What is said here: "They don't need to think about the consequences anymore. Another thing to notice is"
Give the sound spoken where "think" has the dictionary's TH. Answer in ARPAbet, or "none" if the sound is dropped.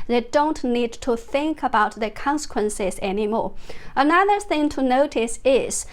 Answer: TH